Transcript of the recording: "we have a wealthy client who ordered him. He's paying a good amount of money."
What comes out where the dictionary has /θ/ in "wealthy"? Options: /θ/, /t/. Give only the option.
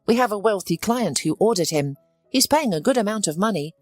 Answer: /θ/